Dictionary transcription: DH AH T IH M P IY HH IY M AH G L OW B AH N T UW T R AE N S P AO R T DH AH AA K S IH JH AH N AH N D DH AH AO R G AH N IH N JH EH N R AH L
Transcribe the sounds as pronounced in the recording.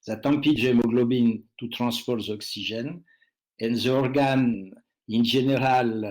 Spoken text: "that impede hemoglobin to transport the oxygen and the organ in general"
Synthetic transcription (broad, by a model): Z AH T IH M P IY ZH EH M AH G L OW B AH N T UW T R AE S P AO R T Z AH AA K S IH ZH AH N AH N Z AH AO R G AH N IH N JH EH N R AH L